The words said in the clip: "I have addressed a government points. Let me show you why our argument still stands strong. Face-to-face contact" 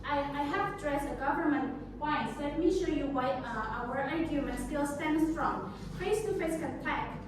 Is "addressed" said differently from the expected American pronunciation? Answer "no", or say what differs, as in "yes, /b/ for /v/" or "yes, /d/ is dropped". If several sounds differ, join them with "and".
yes, /t/ is dropped